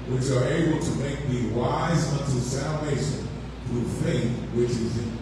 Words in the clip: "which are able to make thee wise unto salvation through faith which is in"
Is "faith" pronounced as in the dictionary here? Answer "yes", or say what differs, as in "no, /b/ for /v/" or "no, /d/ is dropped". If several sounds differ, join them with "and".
yes